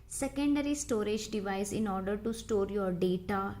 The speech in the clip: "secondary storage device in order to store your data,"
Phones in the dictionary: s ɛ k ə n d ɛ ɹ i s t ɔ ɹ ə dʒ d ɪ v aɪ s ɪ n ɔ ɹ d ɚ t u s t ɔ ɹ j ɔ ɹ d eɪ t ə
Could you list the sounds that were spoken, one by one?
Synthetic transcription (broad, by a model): s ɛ k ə n d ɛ ɹ i s t ɔ ɹ ə dʒ d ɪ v aɪ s ɪ n ɔ ɹ d ɚ t u s t ɔ ɹ j ɔ ɹ d eɪ t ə